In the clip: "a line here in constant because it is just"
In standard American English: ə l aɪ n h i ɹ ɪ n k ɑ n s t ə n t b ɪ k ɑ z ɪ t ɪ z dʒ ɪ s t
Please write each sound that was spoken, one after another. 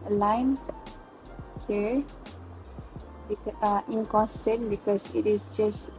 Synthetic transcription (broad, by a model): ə l aɪ n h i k ɪ n k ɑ n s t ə n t b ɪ k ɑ s ɪ t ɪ s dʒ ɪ s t